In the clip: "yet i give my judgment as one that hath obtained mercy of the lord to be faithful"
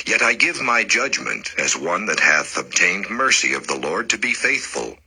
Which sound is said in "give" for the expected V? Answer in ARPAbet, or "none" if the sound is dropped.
V